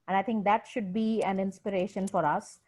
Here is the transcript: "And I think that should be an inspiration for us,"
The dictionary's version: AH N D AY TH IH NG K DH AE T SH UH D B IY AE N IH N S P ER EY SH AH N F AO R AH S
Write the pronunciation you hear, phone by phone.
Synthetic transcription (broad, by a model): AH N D AY T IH NG K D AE T SH UH D B IY AE N IH N S P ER EY SH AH N F AO R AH S